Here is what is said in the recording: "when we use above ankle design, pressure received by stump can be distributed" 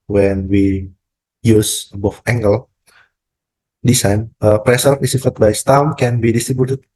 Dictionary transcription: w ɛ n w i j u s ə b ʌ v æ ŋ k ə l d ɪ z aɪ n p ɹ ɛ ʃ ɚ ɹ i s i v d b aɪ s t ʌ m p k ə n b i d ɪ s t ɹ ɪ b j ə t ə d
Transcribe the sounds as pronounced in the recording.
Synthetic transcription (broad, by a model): w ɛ n w i j u s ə b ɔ f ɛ ŋ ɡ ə l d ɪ s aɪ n p ɹ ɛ s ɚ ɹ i s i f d b aɪ s t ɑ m k ə n b i d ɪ s t ɹ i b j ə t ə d